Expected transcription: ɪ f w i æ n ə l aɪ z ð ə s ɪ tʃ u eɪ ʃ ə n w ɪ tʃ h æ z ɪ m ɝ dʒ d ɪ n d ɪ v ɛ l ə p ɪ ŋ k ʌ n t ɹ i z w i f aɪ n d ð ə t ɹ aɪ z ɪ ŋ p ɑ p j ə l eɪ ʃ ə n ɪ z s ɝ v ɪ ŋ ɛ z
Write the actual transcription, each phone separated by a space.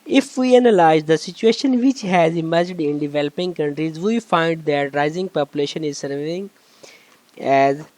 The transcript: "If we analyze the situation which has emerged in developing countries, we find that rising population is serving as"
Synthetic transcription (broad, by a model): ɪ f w i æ n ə l aɪ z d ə s ɪ tʃ u eɪ ʃ ə n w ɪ tʃ h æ z ɪ m ɝ dʒ d ɪ n d ɪ v ɛ l ə p ɪ ŋ k ʌ n t ɹ i z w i f aɪ n d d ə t ɹ aɪ z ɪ ŋ p ɑ p j ə l eɪ ʃ ə n ɪ z s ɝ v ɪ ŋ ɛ z